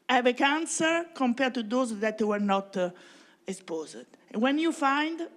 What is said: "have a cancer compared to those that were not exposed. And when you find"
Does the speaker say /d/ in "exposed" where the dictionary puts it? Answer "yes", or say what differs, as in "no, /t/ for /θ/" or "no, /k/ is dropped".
no, /d/ is dropped